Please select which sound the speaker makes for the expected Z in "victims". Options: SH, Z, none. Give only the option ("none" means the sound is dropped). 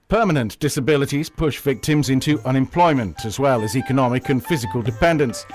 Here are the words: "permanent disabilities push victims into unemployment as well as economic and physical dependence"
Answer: Z